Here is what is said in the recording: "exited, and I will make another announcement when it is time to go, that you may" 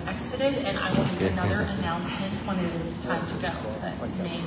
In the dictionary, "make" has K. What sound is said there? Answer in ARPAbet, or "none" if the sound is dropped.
none